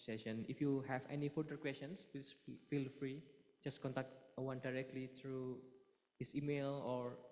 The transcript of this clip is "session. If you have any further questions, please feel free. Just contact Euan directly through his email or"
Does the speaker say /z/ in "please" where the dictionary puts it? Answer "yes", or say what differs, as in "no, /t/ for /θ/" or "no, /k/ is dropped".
no, /z/ is dropped